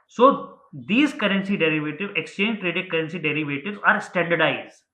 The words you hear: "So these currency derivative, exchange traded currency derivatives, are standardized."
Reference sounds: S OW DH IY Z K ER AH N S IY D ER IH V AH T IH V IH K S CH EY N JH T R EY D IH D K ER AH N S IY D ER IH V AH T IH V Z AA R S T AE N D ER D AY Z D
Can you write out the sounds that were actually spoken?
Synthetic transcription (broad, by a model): S OW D IY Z K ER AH N S IY D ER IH V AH T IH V IH K S CH EY N JH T R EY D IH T K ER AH N S IY D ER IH V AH T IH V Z AA R S T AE N D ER D AY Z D